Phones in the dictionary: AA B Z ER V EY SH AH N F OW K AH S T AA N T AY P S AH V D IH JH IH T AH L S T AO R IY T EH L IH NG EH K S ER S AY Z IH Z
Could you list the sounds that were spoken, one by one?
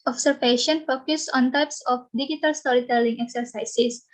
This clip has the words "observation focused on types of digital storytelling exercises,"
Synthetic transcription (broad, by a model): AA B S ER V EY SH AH N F OW K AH S AA N T AY P S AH F D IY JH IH T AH L S T AO R IY T EH L IH NG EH K S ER S AY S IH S